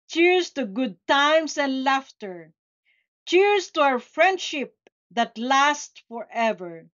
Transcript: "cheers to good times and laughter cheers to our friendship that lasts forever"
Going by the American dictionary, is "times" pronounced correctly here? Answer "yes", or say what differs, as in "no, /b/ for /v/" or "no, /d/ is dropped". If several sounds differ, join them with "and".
no, /s/ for /z/